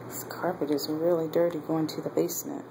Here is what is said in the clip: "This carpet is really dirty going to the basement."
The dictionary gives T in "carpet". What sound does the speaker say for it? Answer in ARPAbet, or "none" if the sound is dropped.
T